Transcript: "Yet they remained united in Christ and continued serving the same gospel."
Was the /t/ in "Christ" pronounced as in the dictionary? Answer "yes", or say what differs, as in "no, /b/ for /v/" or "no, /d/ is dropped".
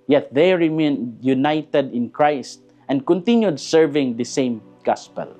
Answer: yes